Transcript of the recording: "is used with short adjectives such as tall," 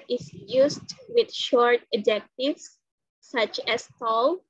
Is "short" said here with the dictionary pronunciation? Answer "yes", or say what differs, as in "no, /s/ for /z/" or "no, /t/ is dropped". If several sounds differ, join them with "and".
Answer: yes